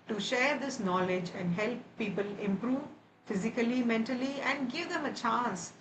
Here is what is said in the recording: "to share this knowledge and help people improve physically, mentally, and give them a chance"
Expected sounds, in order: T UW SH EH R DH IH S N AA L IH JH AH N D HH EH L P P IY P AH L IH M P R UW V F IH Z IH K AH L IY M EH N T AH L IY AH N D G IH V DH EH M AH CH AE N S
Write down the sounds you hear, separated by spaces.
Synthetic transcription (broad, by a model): T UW SH EH R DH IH S N AA L IH JH AH N D HH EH L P P IY P AH L IH M P R UW V F IH Z IH K AH L IY M EH N T AH L IY AH N D G IH V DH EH M AH CH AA N S